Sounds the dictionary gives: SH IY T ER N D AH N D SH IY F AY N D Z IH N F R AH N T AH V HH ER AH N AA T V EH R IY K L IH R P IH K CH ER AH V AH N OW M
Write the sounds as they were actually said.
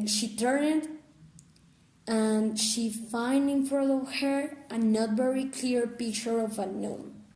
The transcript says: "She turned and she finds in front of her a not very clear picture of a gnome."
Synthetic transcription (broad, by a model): SH IY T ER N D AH N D SH IY F AY N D IH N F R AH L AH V HH ER AH N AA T V EH R IY K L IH R P IH K CH ER AH V AH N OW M